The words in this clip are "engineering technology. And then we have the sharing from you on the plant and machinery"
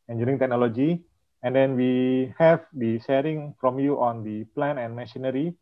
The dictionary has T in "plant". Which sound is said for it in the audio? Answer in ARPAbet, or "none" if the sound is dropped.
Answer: none